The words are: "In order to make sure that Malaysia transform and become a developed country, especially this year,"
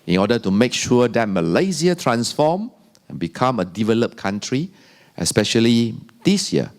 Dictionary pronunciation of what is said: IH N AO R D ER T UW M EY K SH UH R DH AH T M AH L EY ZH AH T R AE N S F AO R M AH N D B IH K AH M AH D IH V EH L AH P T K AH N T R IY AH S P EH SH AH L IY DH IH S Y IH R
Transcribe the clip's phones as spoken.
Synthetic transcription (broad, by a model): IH N AO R D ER T UW M EY K SH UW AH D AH T M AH L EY Z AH T R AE N S F AO M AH N B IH K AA M AH D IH V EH L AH P K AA N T R IY AH S P EH SH AH L IY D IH S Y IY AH